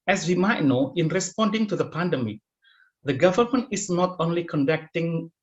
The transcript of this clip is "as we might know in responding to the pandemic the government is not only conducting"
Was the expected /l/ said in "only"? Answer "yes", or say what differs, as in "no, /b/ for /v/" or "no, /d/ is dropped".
yes